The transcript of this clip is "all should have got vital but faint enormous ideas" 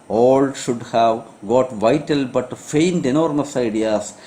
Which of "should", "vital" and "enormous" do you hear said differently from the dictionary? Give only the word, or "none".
none